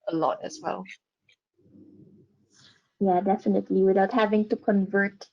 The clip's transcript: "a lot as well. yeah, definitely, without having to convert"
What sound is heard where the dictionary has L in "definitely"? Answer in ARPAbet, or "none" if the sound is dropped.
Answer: L